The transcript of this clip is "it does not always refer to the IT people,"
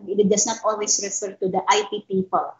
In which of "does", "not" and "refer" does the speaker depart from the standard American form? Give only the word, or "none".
does